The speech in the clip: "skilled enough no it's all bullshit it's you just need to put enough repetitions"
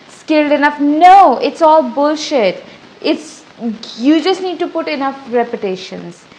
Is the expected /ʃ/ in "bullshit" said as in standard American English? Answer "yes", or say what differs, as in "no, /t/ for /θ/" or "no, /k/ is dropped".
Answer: yes